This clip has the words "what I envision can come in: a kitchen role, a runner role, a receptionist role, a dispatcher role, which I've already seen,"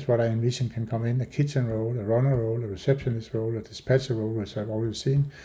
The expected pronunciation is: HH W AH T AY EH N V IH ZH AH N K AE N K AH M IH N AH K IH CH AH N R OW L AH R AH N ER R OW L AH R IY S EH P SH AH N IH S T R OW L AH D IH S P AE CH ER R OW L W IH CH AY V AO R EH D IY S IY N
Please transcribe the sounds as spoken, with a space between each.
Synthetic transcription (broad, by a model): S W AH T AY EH N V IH SH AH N K AE N K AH M IH N AH K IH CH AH N R OW L AH R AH N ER R OW L AH R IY S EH B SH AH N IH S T R OW L AH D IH S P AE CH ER R OW L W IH S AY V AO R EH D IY S IY N